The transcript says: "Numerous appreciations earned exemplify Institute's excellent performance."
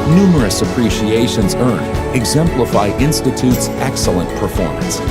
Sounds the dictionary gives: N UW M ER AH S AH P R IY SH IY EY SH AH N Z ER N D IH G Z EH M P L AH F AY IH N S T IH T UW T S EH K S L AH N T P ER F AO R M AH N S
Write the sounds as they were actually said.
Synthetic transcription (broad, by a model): N UW M ER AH S AH P R IY SH IY EY SH AH N Z ER N IH G Z EH M P L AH F AY IH N S T IH T UW T S EH K S L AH N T P ER F AO R M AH N S